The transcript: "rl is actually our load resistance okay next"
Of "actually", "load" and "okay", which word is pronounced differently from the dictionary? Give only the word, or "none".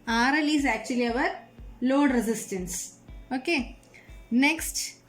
none